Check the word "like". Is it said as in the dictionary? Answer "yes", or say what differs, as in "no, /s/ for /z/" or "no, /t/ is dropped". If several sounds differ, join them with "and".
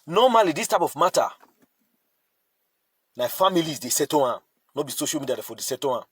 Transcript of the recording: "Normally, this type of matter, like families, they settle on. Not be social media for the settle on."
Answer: no, /n/ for /l/